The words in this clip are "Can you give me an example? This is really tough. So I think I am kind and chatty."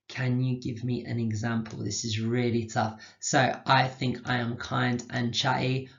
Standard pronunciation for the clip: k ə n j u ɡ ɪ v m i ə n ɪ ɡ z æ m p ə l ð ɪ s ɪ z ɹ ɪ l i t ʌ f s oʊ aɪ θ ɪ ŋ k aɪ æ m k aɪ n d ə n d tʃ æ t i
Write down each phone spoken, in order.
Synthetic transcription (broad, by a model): k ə n j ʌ ɡ ɪ v m i ə n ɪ ɡ z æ m p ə l ð ɪ s ɪ z ɹ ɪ l i t ʌ f s oʊ aɪ θ ɪ ŋ k aɪ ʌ m k aɪ n d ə n tʃ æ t i